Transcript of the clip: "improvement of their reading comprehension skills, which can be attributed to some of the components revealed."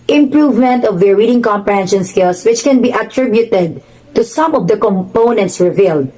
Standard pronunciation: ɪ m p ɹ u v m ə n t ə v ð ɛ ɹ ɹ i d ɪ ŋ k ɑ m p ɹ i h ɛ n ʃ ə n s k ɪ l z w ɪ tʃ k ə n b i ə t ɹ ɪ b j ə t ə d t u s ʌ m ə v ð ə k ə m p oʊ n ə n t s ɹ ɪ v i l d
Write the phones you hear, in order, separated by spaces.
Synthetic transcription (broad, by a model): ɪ m p ɹ u v m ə n t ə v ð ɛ ɹ ɹ i d ɪ ŋ k ɑ m p ɹ i h ɛ n ʃ ə n s k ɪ l s w ɪ tʃ k ə n b i ə t ɹ ɪ b j ə t ə d t u s ʌ m ə v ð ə k ə m p oʊ n ə n t s ɹ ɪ v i l d